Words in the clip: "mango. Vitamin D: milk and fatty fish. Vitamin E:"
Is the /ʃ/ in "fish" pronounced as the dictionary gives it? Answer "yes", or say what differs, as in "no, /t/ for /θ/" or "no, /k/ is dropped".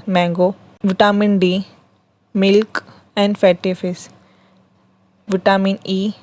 no, /s/ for /ʃ/